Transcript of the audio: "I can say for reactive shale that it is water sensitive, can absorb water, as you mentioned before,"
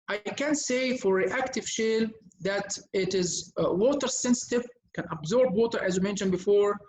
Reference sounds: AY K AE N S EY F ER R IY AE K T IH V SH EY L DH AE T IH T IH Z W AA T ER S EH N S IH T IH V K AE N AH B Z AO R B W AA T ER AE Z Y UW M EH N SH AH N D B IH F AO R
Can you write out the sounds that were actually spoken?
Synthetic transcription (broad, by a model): AY K AE N S EY F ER R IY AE K T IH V SH EY L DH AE T IH T IH Z W AA T ER S EH N S IH T IH V K AE N AH B Z AO R B W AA T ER AE Z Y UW M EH N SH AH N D B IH F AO R